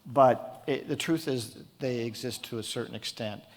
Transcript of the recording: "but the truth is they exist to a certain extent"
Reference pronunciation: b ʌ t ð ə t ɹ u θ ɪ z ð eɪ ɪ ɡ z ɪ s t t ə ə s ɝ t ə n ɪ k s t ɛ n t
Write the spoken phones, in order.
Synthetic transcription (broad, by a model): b ʌ t ð ə t ɹ u θ ɪ z ð eɪ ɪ ɡ z ɪ s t t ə ə s ɝ t n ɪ k s t ɛ n t